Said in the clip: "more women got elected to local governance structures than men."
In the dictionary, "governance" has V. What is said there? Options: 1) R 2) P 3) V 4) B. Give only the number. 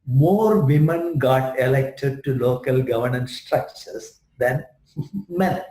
3